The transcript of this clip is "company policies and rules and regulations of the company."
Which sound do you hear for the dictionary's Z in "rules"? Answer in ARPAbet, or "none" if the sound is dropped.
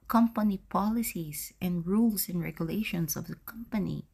S